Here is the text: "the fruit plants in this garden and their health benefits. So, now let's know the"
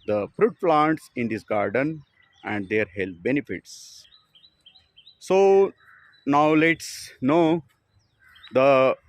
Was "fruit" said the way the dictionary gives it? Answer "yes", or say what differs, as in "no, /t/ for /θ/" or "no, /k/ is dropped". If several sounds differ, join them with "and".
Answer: yes